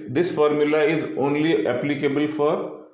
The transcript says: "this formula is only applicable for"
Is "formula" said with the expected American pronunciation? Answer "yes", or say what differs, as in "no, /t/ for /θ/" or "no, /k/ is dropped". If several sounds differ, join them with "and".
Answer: yes